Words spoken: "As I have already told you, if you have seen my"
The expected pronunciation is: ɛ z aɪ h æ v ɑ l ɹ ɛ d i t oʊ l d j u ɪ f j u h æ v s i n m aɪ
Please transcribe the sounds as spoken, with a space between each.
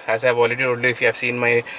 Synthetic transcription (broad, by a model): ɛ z aɪ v ɑ l ɹ ɛ d i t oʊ d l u ɪ f j u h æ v s i n m aɪ